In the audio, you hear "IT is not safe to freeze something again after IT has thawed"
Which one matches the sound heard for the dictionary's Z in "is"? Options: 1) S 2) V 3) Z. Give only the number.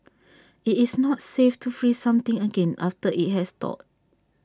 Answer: 1